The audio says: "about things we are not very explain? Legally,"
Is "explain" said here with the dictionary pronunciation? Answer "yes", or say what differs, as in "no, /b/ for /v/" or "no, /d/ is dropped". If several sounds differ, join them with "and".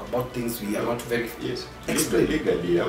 no, /k/ is dropped